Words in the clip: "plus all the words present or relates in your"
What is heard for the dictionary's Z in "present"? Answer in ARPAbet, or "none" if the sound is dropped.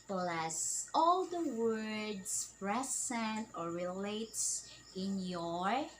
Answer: S